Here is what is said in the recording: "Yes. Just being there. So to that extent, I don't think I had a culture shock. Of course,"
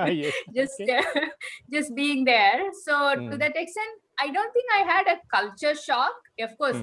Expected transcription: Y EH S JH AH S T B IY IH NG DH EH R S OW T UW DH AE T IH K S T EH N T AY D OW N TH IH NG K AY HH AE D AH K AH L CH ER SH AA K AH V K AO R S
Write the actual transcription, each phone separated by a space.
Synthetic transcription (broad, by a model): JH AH S JH AH S T B IY IH NG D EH R S OW T UW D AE T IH K S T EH N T AY D OW N T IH NG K AY HH AE D AH K AH L CH ER SH AA K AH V K AO R S